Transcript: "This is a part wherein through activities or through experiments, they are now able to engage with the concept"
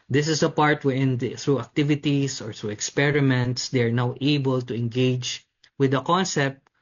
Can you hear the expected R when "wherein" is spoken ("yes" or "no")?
no